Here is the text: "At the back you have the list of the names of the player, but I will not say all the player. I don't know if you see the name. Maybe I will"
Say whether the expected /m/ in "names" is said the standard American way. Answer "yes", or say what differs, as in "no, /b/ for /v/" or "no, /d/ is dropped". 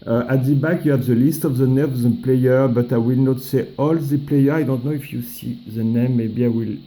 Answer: no, /m/ is dropped